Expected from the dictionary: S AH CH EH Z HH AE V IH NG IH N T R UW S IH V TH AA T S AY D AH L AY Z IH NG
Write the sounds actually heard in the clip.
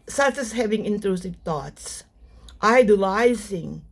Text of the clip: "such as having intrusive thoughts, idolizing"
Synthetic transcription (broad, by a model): S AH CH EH S HH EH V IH NG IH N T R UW S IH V T AA T S AY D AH L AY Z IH NG